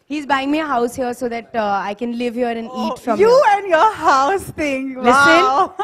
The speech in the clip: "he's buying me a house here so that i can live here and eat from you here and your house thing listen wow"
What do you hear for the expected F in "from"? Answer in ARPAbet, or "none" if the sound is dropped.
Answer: F